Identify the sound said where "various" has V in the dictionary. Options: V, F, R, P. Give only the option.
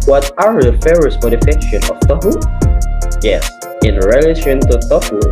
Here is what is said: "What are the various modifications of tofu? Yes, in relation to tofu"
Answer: F